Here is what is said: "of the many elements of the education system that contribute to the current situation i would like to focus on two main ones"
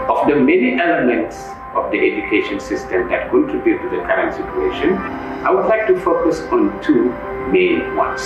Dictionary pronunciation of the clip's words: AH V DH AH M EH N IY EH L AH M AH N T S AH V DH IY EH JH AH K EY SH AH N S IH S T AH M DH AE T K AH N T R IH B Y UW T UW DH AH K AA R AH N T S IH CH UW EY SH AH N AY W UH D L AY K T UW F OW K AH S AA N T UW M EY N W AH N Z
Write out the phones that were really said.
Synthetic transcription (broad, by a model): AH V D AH M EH N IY EH L AH M AH N T S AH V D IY EH JH AH K EY SH AH N S IH S T AH M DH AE T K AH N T IH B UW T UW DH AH K AA R AH N T S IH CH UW EY SH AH N AY W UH D L AY K T UW F OW K AH S AA N T UW M EY N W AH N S